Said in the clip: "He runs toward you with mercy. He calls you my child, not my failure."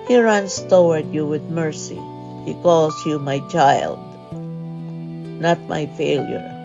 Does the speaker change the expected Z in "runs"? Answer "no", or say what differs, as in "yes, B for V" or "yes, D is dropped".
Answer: yes, S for Z